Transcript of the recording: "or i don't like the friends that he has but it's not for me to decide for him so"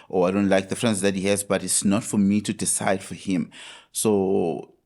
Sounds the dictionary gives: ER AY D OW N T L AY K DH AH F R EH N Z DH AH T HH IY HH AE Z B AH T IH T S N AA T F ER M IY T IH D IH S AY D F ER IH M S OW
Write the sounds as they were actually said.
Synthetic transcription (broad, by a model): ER AY D OW N T L AY K DH AH F R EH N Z DH AH T HH IY HH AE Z B AH T IH T S N AA T F ER M IY T IH D IH S AY D F ER IH M S OW